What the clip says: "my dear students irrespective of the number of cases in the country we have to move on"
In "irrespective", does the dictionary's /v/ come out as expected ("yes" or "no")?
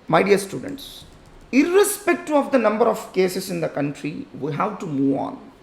no